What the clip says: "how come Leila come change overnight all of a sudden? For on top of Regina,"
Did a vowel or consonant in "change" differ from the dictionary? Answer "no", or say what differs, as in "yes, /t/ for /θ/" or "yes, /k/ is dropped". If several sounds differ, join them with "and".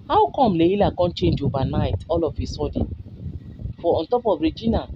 no